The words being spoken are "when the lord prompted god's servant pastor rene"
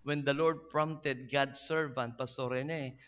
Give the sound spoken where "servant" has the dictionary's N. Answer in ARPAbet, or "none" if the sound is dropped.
N